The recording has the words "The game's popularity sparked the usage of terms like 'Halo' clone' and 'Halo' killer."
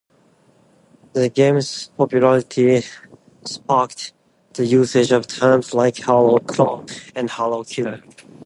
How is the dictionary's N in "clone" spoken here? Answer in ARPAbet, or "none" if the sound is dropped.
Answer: none